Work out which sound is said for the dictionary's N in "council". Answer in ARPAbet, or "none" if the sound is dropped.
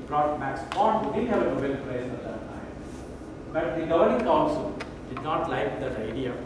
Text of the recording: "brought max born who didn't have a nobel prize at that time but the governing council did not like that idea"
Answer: L